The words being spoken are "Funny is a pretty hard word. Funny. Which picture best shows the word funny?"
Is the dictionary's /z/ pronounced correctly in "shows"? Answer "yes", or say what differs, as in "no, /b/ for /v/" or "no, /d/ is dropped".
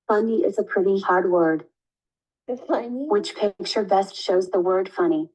yes